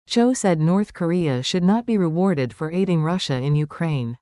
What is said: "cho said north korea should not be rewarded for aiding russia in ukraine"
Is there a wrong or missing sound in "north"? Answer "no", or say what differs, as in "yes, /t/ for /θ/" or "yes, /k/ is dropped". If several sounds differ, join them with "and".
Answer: no